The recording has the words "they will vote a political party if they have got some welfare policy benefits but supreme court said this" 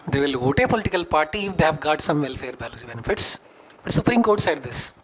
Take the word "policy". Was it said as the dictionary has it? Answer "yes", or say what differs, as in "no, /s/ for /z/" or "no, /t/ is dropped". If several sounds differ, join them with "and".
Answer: no, /b/ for /p/